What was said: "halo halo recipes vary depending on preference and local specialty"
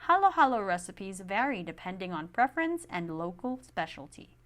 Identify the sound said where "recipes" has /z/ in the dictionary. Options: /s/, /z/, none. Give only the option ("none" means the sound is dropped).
/z/